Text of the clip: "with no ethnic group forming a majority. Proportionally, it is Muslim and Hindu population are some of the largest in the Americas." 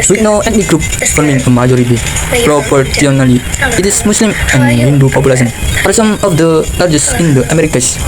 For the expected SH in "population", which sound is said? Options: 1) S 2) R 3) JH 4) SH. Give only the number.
1